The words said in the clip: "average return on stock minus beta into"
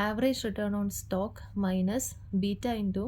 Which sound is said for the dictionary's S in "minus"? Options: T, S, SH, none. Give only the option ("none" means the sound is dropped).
S